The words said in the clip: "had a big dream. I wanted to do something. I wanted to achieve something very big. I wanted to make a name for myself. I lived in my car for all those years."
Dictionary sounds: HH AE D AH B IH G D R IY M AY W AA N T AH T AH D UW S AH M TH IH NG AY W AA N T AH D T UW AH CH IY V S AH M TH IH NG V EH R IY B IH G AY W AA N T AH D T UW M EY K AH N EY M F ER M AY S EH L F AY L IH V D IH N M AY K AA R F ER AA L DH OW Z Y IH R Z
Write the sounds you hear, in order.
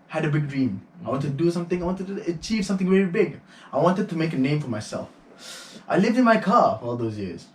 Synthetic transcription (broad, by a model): HH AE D AH B IH G D R IY M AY W AA N T AH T D UW S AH M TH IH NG AY W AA N T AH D T UW AH CH IY V S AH M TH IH NG V EH R IY B IH G AY W AA N T AH D T UW M EY K AH N EY M F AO M AY S EH L F AY L IH V D IH N M AY K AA F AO AA L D OW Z Y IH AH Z